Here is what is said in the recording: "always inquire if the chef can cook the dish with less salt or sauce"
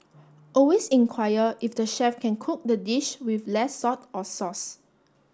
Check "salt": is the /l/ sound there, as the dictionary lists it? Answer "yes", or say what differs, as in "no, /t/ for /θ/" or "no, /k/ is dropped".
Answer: no, /l/ is dropped